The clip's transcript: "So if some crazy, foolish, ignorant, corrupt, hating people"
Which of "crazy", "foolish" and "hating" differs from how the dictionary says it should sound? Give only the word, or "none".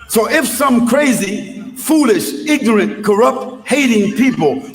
none